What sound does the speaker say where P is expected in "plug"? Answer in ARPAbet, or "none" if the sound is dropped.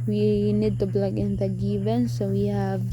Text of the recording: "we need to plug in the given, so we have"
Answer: B